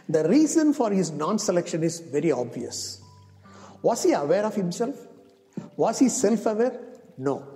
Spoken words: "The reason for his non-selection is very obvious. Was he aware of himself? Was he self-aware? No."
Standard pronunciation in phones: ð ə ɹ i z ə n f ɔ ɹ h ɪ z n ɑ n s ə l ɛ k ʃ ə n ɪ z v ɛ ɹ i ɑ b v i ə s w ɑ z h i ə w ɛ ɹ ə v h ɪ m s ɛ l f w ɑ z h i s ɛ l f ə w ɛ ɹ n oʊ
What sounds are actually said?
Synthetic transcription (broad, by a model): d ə ɹ i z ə n f ɔ ɹ h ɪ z n ɑ n s ə l ɛ k ʃ ə n ɪ z v ɛ ɹ i ɑ b v i ə s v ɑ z h i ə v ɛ ɹ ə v h ɪ m s ɛ l f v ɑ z h i s ɛ l f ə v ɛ ɹ n oʊ